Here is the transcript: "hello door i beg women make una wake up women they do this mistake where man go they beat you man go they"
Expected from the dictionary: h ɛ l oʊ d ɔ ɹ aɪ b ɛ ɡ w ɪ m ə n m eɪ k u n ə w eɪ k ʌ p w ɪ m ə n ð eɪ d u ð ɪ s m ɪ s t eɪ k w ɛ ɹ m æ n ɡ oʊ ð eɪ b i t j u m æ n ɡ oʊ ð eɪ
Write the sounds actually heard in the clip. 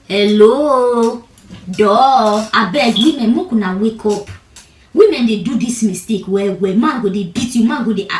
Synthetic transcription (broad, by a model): h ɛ l oʊ d ɔ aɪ b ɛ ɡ w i m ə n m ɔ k u n ə w eɪ k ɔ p w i m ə n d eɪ d u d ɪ s m ɪ s t eɪ k w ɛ w m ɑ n ɡ oʊ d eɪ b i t j u m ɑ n ɡ oʊ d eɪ